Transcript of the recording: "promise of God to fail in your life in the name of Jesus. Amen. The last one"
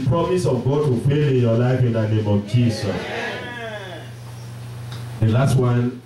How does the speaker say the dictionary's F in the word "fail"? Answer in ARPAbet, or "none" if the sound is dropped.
P